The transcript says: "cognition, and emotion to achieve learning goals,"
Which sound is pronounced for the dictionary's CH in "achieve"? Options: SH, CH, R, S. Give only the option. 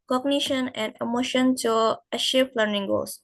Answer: SH